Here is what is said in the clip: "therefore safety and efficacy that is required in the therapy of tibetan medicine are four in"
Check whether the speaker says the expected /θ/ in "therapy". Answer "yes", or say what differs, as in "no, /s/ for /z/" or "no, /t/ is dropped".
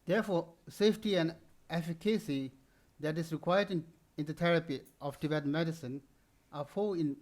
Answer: no, /t/ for /θ/